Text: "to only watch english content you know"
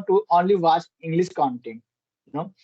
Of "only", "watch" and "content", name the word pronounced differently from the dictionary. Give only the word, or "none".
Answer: watch